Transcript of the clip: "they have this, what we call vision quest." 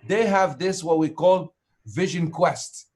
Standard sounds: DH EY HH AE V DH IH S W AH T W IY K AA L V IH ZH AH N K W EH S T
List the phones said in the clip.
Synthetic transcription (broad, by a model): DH EY HH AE V DH IH S W AH T W IY K AA L V IH ZH AH N K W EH S T